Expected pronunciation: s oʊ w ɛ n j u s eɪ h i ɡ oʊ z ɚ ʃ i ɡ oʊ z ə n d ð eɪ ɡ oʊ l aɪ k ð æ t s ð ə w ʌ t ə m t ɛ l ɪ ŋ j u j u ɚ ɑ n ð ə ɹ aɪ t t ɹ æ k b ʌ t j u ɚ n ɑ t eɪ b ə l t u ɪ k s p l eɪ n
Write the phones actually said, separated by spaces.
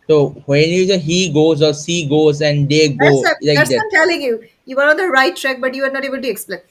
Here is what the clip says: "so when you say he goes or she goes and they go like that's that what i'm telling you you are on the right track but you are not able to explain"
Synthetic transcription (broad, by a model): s oʊ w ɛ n j u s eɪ h i ɡ oʊ z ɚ s i ɡ oʊ z ə n d eɪ ɡ oʊ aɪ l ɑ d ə ə m t ɛ l ɪ ŋ j u j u ɚ ɑ n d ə ɹ aɪ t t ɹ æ k b ʌ t j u ɚ n ɑ t eɪ b ə l t u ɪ k s p l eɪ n